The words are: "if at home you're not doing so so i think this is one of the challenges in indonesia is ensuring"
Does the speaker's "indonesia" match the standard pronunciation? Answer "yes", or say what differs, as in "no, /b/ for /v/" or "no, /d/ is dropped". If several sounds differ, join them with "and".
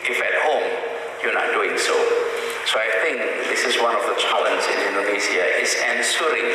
no, /z/ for /ʒ/